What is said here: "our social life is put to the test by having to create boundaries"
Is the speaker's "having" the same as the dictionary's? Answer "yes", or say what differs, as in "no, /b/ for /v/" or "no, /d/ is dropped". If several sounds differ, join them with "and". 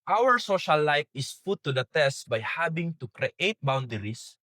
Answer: no, /b/ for /v/